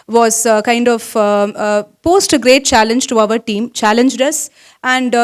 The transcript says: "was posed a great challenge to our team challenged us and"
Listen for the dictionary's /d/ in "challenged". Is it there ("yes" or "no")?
yes